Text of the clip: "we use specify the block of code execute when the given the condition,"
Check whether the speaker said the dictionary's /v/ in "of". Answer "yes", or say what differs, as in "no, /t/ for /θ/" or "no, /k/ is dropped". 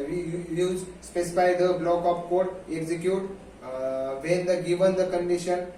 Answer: no, /p/ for /v/